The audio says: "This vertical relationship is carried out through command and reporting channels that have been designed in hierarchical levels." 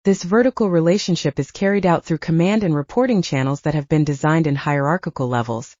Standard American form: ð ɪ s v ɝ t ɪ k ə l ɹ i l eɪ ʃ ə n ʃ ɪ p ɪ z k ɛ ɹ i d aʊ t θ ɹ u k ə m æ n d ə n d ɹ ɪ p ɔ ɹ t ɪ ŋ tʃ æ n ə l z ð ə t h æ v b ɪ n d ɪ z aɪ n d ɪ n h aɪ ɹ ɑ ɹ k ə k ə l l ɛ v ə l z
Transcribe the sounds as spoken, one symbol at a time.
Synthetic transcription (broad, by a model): ð ɪ s v ɝ t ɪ k l ɹ i l eɪ ʃ ə n ʃ ɪ p ɪ z k ɛ ɹ i d aʊ t θ ɹ u k ə m æ n d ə n ɹ ɪ p ɔ ɹ t ɪ ŋ tʃ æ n l z ð ə t h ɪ v b ɪ n d ɪ z aɪ n d ɪ n h aɪ ɹ ɑ ɹ k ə k l l ɛ v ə l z